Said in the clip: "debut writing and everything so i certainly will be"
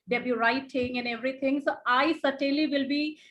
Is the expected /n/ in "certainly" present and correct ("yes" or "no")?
no